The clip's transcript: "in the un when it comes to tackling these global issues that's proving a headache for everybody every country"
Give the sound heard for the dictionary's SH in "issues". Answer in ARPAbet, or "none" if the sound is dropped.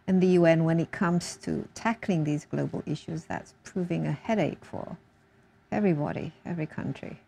SH